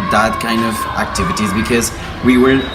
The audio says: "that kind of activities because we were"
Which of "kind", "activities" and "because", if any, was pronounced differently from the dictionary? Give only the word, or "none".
none